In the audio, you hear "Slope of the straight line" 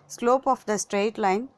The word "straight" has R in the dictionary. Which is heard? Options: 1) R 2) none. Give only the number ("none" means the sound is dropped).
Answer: 1